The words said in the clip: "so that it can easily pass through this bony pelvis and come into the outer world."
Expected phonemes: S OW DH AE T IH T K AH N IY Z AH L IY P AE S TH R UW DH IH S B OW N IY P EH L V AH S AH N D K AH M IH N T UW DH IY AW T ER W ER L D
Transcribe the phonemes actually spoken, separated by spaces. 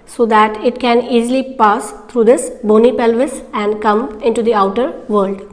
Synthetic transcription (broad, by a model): S OW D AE T IH T K AH N IY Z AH L IY P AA S T R UW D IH S B OW N IY P EH L V AH S AH N D K AH M IH N T UW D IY AW T ER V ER L D